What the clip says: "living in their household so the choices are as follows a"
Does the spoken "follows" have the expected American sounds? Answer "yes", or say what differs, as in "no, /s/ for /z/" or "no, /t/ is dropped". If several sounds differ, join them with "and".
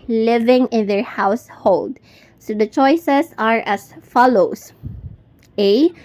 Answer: no, /s/ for /z/